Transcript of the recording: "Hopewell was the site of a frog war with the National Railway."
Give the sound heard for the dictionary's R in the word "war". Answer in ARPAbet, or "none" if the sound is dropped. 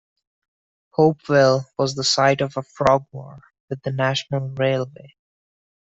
R